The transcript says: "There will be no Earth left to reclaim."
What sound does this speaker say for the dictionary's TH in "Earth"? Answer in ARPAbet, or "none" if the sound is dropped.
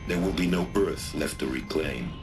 TH